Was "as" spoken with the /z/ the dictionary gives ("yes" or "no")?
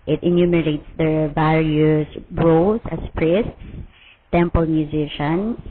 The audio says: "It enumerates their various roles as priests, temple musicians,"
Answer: no